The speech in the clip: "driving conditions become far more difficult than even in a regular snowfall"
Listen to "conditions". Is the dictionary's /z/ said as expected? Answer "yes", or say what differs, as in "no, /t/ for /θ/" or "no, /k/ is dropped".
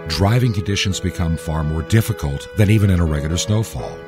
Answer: yes